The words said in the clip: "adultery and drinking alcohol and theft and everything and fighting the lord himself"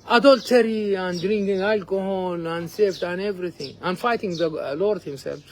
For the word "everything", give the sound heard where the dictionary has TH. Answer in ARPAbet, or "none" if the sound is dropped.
T